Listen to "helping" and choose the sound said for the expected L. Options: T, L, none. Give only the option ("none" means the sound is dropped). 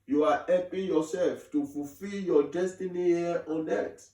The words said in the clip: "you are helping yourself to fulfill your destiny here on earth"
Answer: none